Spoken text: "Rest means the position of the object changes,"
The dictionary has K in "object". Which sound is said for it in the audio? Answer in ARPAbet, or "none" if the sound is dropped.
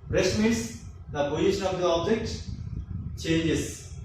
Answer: K